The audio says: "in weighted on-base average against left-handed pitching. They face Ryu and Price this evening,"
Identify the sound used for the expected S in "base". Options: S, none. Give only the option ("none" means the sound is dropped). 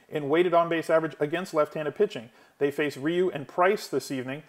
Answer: S